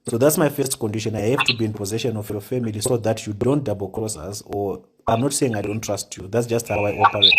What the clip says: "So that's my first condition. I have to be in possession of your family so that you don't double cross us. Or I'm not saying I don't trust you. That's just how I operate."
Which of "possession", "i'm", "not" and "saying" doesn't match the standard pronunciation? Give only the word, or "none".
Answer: none